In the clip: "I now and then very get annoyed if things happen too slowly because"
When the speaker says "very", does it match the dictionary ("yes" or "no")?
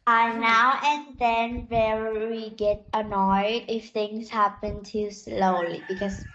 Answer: no